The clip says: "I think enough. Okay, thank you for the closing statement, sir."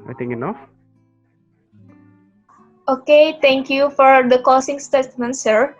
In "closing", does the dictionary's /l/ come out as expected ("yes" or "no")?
no